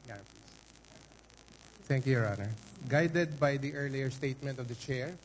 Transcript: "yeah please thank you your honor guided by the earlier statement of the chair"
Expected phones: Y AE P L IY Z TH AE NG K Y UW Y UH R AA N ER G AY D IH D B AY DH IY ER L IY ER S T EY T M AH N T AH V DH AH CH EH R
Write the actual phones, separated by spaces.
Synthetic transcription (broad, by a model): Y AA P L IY S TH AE NG K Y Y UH R AA N ER G AY D IH D B AY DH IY ER L IY ER S T EY T M AH N T AH V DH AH CH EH R